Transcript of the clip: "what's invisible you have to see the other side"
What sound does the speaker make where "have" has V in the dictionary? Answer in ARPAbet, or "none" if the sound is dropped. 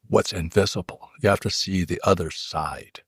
F